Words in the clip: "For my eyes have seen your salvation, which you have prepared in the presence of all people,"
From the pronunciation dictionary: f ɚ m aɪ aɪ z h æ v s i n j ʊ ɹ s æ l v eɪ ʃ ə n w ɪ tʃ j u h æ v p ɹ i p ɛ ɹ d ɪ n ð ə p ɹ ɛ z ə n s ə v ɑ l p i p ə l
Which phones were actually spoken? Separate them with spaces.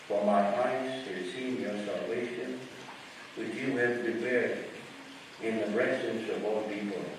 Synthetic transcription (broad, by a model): f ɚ m aɪ aɪ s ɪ s i n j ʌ ɹ s æ l v eɪ ʃ ə n w ɪ tʃ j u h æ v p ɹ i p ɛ ɹ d ɪ n ð ə b ɹ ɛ s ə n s ə v ɑ l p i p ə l